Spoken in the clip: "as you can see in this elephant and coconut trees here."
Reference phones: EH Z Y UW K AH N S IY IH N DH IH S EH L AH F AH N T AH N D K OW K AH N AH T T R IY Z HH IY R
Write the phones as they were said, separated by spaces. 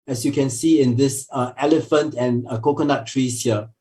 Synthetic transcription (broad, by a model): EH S Y UW K AH N S IY IH N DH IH S EH L AH F AH N T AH N K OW K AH N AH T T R IY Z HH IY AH